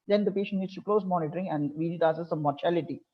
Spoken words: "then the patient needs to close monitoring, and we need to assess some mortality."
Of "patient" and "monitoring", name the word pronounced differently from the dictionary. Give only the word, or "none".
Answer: none